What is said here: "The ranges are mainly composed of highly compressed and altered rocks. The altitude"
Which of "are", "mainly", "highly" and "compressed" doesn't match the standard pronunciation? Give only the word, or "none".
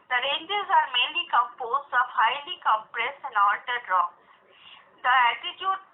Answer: compressed